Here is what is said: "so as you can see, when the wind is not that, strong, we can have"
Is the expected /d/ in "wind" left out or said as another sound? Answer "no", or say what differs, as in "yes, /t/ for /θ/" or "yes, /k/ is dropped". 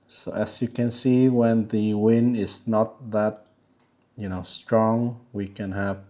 no